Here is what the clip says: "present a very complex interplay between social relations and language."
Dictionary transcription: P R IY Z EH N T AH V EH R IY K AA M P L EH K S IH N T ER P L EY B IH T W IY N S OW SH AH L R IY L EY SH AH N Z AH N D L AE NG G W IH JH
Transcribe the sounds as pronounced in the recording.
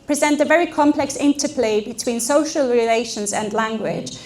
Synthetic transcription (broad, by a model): P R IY Z EH N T AH V EH R IY K AA M P L EH K S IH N T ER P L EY B IH T W IY N S OW SH AH L R IY L EY SH AH N Z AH N L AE NG G W IH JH